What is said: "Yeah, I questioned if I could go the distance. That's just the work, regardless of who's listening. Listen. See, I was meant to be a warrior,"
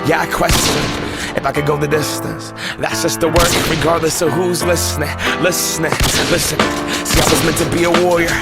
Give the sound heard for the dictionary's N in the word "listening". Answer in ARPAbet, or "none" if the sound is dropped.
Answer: L